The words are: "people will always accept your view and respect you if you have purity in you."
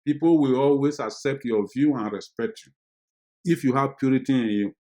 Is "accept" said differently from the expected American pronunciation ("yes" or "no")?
no